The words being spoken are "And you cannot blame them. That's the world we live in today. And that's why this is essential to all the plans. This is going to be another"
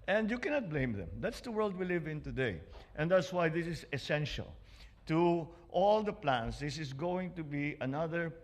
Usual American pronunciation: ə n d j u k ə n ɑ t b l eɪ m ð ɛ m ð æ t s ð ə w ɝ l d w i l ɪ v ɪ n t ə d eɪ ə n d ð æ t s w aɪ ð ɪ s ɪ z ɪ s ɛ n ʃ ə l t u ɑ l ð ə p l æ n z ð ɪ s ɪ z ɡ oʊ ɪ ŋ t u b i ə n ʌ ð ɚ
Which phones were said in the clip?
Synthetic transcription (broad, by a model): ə n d j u k ə n ɑ t b l eɪ m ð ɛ m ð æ t s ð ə w ɝ l d w i l ɪ v ɪ n t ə d eɪ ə n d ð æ t s w aɪ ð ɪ s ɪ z ɪ s ɛ n ʃ ə l t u ɑ l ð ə p l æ n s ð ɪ s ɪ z ɡ oʊ ɪ ŋ t u b i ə n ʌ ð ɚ